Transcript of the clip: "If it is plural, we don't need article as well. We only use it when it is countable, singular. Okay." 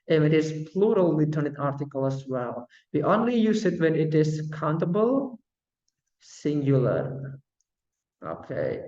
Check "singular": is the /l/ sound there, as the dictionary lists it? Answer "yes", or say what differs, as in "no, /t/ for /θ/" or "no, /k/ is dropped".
yes